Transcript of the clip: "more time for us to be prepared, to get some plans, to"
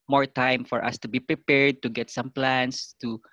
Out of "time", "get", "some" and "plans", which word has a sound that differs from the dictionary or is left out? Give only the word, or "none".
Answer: plans